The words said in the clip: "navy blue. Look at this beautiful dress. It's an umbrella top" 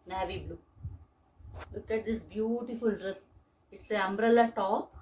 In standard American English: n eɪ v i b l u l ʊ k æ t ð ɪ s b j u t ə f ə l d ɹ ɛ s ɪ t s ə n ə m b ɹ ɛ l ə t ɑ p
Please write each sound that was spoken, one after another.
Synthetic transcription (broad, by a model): n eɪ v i b l u l ʊ k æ t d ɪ s b j u t ə f ə l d ɹ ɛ s ɪ t s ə ə m b ɹ ɛ l ə t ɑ p